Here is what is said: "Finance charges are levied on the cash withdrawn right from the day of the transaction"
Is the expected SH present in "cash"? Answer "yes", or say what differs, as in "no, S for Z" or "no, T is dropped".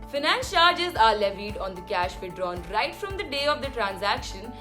yes